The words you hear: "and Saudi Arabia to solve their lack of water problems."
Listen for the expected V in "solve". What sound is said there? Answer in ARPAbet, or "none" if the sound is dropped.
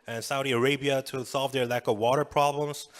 V